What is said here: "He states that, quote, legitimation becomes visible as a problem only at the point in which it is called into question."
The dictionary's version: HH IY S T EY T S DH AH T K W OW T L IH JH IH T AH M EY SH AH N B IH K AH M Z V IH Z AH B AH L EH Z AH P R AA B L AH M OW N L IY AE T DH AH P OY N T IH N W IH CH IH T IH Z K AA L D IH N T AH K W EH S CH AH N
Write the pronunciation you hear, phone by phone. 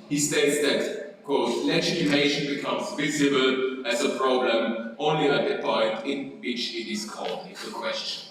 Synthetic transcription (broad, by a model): HH IY S T EY T S DH AH T K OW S L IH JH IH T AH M EY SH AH N B IH K AH M Z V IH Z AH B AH L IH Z AH P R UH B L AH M OW N L IY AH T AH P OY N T IH N W IH CH IH T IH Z K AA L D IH T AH K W EH S CH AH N